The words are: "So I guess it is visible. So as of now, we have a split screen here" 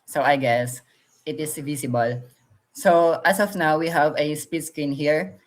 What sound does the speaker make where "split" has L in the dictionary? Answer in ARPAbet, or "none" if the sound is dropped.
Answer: none